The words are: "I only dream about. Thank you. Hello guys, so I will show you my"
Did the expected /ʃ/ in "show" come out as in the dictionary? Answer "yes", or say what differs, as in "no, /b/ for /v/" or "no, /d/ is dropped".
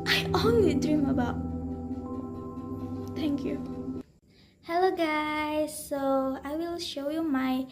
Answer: yes